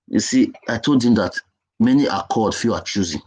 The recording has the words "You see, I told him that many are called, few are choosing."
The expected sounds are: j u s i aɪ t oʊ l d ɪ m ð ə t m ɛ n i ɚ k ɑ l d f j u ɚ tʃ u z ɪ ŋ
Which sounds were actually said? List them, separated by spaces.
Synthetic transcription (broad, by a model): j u s i aɪ t oʊ l d ɪ m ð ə t m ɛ n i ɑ k ɑ d f j u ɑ tʃ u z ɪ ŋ